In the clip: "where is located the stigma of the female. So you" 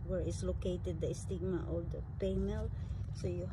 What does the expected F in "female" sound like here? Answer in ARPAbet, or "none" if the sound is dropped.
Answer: P